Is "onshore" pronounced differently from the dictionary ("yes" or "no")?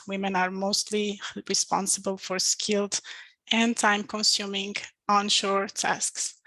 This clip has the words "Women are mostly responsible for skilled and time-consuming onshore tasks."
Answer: no